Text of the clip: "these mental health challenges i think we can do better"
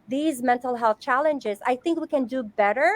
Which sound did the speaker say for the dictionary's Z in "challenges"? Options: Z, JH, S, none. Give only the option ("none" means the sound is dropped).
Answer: Z